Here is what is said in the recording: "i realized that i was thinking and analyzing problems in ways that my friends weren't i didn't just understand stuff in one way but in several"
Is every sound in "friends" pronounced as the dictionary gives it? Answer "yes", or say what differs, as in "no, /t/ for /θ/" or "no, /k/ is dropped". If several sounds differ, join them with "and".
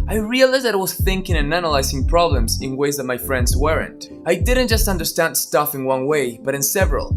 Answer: yes